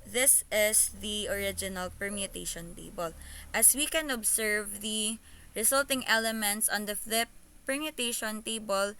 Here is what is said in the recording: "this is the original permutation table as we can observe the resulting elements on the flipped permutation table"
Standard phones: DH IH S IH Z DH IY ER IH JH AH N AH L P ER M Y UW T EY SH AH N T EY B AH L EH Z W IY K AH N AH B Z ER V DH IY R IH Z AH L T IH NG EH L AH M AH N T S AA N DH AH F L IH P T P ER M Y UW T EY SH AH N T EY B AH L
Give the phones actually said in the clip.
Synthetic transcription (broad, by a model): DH IH S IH S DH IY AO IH JH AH N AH L P ER M Y UW T EY SH AH N T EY B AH L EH S W IY K AH N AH B S ER V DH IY R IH S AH L T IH NG EH L AH M AH N T S AA N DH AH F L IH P P ER M Y UW T EY SH AH N T EY B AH L